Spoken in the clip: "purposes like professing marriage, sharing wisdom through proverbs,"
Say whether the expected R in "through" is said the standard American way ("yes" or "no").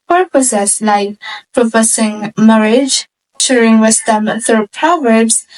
no